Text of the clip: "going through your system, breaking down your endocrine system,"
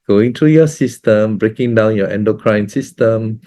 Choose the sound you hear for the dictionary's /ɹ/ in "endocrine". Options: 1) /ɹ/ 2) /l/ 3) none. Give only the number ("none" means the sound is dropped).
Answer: 1